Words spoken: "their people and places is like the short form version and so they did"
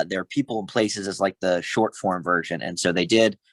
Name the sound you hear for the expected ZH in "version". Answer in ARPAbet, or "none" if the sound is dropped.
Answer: ZH